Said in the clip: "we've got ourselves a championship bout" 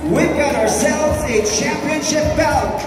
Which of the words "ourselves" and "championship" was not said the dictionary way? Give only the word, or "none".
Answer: none